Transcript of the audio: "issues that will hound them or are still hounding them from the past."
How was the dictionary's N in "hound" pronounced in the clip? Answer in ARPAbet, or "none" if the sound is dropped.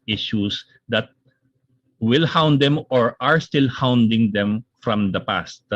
N